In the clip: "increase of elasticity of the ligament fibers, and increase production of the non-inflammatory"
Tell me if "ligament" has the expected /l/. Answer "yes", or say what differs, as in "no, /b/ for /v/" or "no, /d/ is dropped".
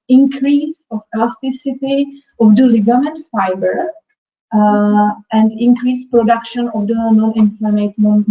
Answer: yes